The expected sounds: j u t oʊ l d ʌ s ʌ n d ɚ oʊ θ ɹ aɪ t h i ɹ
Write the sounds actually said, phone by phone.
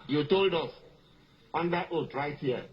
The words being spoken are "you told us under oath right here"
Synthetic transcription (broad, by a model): j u t oʊ l d ʌ s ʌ n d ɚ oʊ t ɹ aɪ t h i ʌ